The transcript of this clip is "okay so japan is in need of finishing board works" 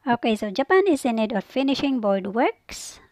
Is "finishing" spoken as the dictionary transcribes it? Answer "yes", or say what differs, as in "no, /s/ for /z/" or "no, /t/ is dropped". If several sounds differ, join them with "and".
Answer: yes